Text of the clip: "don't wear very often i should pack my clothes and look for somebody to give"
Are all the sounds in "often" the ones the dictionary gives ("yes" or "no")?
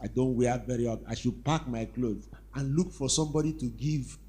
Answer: no